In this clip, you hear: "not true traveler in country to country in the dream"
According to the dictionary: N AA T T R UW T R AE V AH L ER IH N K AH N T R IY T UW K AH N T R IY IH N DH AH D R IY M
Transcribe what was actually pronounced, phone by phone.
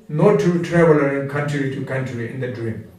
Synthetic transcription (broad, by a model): N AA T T UW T R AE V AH L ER IH N K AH N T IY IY T UW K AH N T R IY IH N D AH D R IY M